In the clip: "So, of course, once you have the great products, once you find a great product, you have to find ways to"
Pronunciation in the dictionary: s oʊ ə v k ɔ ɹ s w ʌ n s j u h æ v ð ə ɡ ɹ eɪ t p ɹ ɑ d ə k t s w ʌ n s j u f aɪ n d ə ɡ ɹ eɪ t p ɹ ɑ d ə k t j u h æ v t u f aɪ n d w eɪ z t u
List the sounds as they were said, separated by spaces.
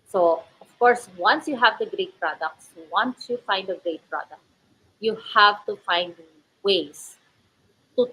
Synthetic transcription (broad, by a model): s oʊ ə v k ɔ ɹ s w ʌ n s j u h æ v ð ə ɡ ɹ eɪ t p ɹ ɑ d ə k t s w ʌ n s j u f aɪ n d ə ɡ ɹ eɪ t p ɹ ɑ d ə k t j u h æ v t u f aɪ n d w eɪ s t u